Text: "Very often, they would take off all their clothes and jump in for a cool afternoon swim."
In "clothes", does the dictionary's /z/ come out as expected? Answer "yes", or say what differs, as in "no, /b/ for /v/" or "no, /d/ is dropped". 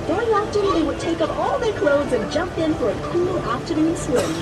yes